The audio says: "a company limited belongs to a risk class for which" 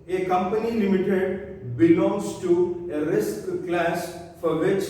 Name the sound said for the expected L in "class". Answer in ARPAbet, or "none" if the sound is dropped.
L